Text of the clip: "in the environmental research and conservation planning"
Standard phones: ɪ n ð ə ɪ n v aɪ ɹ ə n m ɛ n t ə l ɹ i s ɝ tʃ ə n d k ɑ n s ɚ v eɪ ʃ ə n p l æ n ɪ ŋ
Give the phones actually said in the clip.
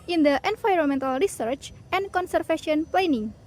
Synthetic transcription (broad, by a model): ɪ n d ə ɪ n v aɪ ɹ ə n m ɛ n t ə l ɹ i s ɝ tʃ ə n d k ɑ n s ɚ f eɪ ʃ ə n p l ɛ n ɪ ŋ